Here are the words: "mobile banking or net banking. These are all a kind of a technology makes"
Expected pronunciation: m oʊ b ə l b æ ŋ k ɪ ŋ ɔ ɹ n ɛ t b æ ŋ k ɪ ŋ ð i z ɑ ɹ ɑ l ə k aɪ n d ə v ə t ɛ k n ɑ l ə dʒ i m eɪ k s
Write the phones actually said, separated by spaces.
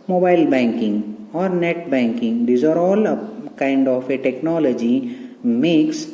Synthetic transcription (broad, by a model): m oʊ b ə l b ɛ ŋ k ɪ ŋ ɔ ɹ n ɛ t b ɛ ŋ k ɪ ŋ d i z ɑ ɹ ɑ l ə k aɪ n d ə f ə t ɛ k n ɑ l ə dʒ i m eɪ k s